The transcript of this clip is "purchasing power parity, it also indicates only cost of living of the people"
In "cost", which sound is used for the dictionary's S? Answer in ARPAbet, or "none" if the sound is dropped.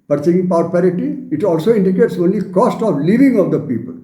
S